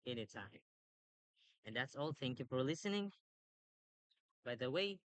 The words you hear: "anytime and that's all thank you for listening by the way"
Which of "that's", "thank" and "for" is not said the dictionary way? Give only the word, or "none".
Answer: none